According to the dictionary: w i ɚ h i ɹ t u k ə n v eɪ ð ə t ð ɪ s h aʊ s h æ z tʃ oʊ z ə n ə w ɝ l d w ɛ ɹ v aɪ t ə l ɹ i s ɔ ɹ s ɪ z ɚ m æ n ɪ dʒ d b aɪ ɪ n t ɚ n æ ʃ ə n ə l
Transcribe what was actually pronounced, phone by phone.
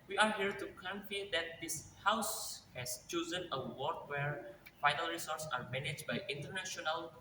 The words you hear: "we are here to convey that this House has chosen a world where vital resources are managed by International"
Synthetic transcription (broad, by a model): w i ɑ h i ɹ t u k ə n f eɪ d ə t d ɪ s h aʊ s h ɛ s tʃ oʊ z ə n ə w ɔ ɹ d w ɛ ɹ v aɪ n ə l ɹ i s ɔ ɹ s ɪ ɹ m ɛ n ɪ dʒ b aɪ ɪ n t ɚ n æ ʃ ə n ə l